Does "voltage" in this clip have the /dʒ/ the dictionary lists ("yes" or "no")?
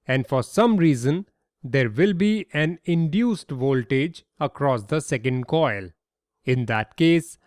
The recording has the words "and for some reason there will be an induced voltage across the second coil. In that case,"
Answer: yes